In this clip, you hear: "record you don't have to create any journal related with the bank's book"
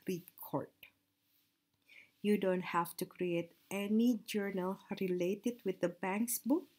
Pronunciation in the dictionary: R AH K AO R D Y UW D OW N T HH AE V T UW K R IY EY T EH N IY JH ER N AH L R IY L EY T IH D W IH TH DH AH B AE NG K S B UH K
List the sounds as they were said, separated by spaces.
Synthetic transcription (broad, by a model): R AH K AO R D Y UW D OW N T HH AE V T UW K R IY EY T EH N IY JH ER N AH L R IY L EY T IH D W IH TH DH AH B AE NG K S B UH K